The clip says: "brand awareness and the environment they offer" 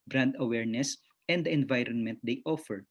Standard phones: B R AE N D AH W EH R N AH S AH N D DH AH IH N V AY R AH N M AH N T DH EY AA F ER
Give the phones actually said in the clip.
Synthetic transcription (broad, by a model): B R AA N D AH W EH R N AH S AH N D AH IH N V AY R AH N M AH N T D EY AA F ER